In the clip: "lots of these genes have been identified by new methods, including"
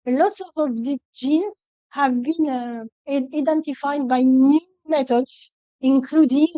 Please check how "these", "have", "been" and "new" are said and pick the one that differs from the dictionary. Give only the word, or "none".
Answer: these